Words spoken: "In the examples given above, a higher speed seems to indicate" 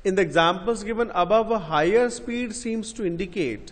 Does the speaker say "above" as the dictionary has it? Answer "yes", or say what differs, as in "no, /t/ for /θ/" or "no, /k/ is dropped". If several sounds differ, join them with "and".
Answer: yes